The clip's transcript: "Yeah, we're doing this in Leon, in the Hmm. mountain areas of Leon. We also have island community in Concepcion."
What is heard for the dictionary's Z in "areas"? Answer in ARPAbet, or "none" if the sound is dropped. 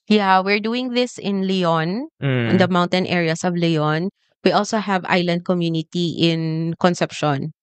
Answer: S